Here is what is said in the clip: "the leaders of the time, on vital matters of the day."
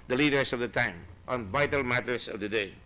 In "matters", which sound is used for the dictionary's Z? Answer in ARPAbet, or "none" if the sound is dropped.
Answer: S